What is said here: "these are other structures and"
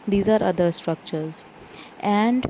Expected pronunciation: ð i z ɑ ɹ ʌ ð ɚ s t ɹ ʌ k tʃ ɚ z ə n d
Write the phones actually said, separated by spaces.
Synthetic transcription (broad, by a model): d i z ɑ ɹ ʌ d ɚ s t ɹ ʌ k tʃ ɚ z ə n d